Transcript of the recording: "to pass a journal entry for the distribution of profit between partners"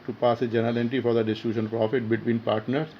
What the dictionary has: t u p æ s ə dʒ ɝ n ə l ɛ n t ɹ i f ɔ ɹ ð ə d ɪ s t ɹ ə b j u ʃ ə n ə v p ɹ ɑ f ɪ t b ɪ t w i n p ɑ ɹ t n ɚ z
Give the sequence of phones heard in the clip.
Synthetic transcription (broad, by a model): t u p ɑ s ə dʒ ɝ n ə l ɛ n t i f ɔ ɹ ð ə d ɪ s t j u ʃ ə n p ɹ ɑ f ɪ t b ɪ t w i n p ɑ ɹ t n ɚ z